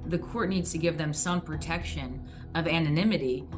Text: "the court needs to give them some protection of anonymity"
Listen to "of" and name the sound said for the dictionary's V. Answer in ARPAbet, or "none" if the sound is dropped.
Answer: V